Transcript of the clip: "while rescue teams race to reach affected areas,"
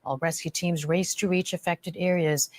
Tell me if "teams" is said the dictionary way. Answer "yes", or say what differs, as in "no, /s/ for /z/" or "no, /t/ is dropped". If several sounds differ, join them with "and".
yes